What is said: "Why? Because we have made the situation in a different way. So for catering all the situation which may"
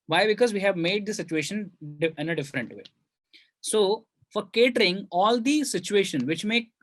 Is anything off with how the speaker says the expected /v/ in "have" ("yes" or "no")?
no